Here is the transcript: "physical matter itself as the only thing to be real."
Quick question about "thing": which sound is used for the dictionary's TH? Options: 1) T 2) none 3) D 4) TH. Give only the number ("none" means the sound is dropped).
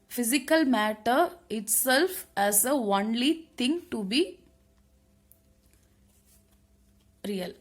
1